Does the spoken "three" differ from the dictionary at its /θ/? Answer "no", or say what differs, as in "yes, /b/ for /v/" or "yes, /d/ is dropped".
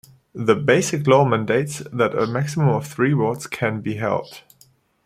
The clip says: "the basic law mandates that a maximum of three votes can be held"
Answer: no